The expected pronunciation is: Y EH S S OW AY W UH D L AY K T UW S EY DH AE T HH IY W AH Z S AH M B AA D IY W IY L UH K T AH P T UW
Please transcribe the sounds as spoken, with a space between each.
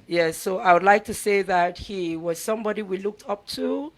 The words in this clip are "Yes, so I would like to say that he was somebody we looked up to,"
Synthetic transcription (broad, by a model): Y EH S S OW AY W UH D L AY K T UW S EY DH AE T HH IY W AH Z S AH M B AA D IY W IY L UH K T AH P T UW